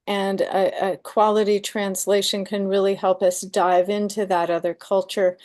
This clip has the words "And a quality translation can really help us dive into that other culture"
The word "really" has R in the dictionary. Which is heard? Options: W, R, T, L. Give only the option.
R